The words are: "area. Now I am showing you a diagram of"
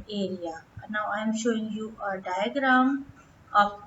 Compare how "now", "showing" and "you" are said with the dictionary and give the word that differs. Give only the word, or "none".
none